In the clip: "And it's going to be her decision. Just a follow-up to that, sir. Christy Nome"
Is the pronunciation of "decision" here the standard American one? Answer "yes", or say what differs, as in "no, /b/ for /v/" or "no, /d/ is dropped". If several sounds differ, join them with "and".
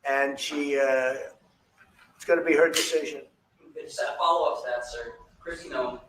yes